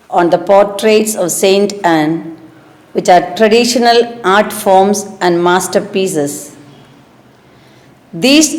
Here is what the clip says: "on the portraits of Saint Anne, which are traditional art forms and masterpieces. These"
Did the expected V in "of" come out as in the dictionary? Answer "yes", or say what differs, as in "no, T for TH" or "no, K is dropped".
yes